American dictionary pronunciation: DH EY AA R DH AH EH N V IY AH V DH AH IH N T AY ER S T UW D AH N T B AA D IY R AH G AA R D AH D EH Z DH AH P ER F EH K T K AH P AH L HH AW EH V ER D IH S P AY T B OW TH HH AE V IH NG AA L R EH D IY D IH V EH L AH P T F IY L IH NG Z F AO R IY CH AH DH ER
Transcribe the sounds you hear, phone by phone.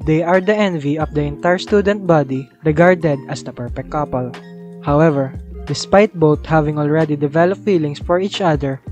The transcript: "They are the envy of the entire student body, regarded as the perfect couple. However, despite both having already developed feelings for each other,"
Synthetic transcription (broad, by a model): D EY AA R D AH EH N V IY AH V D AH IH N T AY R S T UW D AH N T B AA D IY R AH G AA R D AH D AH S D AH P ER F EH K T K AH P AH L HH AW EH V ER D IH S P AY T B OW T HH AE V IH NG AA L R EH D IY D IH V EH L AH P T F IY L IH NG S F AO R IY CH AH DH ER